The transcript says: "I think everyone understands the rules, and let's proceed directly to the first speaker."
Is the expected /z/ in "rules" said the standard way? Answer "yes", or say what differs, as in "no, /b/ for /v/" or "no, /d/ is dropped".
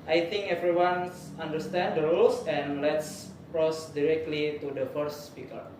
no, /s/ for /z/